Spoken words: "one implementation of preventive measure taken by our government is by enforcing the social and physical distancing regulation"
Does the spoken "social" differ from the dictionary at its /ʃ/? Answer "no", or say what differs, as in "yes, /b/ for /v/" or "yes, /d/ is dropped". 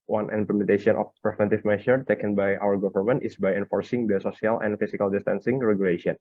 yes, /s/ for /ʃ/